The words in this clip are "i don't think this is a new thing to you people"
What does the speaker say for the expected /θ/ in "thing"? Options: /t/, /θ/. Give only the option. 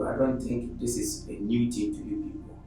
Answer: /t/